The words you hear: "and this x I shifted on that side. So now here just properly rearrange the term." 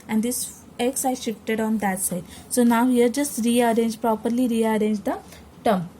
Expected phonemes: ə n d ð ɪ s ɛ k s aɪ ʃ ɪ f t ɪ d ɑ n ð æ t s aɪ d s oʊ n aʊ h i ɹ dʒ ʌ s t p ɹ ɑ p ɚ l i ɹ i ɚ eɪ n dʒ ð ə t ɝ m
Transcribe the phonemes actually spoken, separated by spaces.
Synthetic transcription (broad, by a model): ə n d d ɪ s ɛ k s aɪ ʃ ɪ f t ɪ d ɑ n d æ t s aɪ d s oʊ n aʊ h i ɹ dʒ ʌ s t p ɹ ɑ p ɚ l i ɹ i ɚ eɪ n dʒ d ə t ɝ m